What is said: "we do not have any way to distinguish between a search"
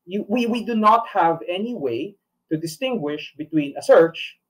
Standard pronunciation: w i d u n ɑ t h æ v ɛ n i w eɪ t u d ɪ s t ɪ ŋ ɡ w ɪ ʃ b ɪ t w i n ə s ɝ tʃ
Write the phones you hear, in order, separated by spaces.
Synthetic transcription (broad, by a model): w i d u n ɑ t h æ v ɛ n i w eɪ t u d ɪ s t ɪ ŋ ɡ w ɪ ʃ b ɪ t w i n ə s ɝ tʃ